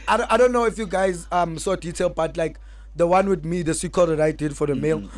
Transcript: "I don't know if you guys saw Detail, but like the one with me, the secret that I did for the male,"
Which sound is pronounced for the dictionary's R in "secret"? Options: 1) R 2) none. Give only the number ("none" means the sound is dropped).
2